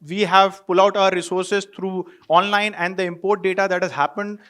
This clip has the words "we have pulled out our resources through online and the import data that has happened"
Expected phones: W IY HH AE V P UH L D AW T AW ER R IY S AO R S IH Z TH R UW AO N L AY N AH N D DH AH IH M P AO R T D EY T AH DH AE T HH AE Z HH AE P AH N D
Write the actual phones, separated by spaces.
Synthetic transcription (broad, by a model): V IY HH AE V P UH L AW T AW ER R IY S AO R S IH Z T R UW AO N L AY N AH N D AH IH M P AO R T D EY T AH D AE T HH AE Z HH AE P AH N D